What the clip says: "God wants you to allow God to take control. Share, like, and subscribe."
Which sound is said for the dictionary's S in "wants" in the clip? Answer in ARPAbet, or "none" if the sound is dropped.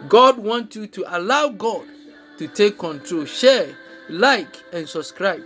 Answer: none